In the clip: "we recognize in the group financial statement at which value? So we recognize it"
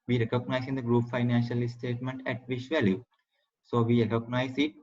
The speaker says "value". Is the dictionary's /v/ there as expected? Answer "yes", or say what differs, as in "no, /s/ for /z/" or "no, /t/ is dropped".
yes